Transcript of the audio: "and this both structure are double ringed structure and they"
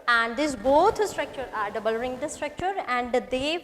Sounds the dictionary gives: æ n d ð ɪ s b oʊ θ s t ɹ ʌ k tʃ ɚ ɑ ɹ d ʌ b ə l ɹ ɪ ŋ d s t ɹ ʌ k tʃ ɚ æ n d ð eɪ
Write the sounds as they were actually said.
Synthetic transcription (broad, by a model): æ n d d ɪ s b oʊ t s t ɹ ʌ k tʃ ɚ ɑ ɹ d ʌ b ə l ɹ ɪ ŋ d s t ɹ ʌ k tʃ ɚ æ n d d eɪ